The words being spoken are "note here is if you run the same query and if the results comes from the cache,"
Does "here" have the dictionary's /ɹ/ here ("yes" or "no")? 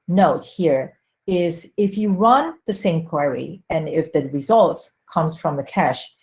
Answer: yes